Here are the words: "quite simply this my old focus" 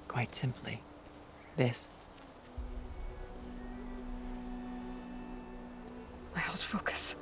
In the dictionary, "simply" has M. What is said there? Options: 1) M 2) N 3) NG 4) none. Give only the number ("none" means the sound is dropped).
1